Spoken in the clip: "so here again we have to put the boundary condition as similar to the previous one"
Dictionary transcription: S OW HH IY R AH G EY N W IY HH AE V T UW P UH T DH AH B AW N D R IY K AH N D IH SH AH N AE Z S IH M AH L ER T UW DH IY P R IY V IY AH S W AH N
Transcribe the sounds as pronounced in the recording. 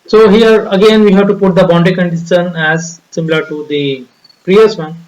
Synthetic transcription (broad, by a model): S OW HH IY R AH G EY N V IY HH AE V T UW P UH T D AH B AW N D IY K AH N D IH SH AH N AE Z S IH M AH L ER T UW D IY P R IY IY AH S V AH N